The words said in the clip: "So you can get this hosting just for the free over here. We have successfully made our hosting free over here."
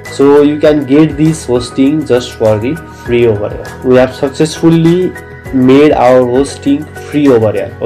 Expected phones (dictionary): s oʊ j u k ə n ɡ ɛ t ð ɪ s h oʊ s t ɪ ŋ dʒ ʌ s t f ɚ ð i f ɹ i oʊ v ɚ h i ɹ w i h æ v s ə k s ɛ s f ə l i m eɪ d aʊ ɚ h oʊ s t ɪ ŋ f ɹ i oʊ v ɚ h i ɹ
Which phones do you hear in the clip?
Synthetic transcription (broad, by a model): s oʊ j u k ə n ɡ ɛ t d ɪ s h oʊ s t ɪ ŋ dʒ ʌ s t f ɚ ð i p ɹ i oʊ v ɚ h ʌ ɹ w i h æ b s ə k s ɛ s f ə l i m eɪ d aʊ ɚ h oʊ s t ɪ ŋ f ɹ i oʊ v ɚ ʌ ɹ